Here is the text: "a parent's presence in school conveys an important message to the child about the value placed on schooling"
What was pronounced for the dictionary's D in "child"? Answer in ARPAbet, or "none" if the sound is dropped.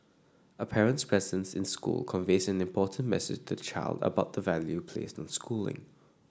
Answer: D